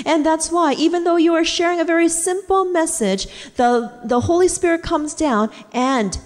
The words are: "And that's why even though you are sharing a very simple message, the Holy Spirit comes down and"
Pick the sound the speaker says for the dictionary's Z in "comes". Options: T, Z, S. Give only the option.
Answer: Z